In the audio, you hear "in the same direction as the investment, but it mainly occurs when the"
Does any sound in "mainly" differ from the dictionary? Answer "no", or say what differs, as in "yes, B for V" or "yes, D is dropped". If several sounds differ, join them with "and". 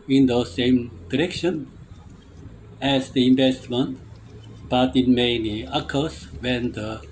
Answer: yes, L is dropped